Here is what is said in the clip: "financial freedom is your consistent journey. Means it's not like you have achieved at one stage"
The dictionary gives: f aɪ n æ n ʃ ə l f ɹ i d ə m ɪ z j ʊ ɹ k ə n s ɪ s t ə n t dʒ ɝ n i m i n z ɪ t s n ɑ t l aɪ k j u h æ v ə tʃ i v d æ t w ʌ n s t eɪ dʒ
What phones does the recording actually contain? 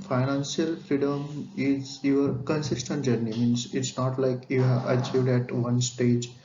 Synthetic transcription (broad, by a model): f aɪ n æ n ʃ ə l f ɹ i d ə m ɪ z j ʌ ɹ k ə n s ɪ s t ə n t dʒ ɝ n i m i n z ɪ t s n ɑ t l aɪ k j u h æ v ə tʃ i v d æ t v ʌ n s t eɪ dʒ